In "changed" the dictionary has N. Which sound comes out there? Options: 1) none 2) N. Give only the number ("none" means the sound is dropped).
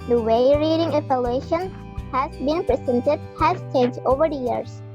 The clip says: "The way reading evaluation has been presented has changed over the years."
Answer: 1